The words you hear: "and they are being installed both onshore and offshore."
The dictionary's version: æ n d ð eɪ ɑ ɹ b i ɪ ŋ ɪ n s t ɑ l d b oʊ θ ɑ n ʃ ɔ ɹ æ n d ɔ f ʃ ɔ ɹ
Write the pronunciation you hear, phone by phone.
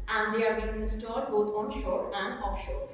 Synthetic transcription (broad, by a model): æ n d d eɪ ɑ ɹ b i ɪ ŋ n s t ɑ d b oʊ t ɑ n ʃ ɔ ɹ æ n d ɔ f ʃ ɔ ɹ